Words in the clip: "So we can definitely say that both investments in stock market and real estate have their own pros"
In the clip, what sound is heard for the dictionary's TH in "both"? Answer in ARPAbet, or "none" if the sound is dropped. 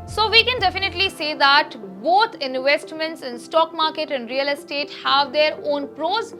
T